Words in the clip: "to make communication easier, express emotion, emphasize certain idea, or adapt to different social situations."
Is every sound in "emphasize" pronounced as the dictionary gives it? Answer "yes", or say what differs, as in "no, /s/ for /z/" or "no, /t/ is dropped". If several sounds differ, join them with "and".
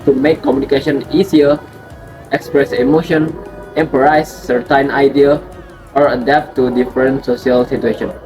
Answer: no, /p/ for /f/